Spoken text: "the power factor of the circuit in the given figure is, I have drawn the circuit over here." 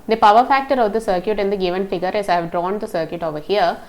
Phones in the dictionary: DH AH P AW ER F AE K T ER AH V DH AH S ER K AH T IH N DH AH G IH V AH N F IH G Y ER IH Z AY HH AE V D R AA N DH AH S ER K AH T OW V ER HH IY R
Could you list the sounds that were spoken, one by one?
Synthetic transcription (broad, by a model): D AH P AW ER F AE K T ER AH V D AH S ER K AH T IH N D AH G IH V AH N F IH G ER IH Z AY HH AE V D R AA N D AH S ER K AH T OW V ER HH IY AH